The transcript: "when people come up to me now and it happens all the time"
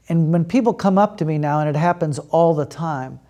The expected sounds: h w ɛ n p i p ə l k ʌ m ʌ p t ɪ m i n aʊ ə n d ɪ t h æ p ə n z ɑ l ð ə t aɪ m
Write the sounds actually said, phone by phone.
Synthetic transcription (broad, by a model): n w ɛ n p i p l k ʌ m ʌ p t ɪ m i n aʊ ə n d ɪ t h æ p ə n z ɑ l ð ə t aɪ m